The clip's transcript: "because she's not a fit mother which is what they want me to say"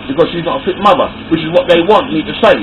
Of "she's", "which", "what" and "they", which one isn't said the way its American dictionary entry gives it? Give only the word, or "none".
none